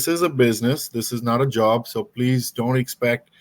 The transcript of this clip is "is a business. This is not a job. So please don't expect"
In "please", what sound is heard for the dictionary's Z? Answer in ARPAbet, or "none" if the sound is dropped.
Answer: Z